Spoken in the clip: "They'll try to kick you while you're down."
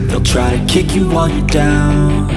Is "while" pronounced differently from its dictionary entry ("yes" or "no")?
yes